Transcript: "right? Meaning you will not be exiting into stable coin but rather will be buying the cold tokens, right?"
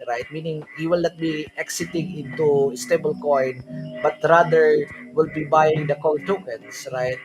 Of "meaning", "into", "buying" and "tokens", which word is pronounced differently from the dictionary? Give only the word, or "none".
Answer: tokens